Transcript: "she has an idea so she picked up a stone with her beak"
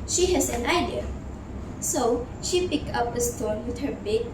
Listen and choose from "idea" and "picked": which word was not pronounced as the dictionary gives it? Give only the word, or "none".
none